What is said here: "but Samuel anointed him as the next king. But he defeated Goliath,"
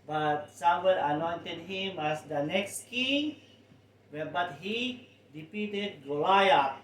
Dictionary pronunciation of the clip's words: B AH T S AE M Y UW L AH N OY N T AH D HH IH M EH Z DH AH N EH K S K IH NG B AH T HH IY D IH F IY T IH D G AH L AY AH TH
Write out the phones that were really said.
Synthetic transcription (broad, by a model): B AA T S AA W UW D AH N OY N T AH D HH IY M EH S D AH N EH K S K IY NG B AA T HH IY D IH P IY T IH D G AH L AY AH